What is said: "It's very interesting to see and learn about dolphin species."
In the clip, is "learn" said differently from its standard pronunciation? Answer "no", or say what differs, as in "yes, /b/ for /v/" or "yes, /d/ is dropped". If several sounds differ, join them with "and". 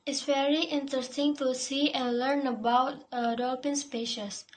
no